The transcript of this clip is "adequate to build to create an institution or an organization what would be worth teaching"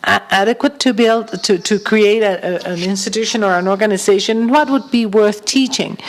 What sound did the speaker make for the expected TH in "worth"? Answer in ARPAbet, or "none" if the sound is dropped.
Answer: TH